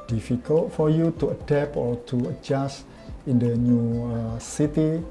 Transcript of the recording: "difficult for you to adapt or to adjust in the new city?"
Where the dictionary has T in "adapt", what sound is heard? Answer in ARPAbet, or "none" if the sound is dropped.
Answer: none